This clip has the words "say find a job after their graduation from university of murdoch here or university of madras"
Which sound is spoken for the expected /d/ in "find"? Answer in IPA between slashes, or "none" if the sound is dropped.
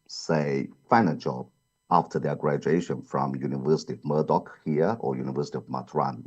none